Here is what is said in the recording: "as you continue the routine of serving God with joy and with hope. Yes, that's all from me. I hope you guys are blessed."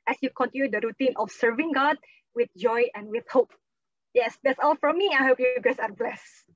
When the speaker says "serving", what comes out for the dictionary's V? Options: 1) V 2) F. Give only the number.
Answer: 1